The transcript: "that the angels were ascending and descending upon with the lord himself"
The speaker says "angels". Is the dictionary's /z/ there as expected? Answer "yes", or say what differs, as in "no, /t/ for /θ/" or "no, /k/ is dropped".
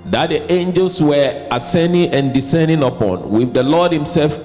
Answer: no, /s/ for /z/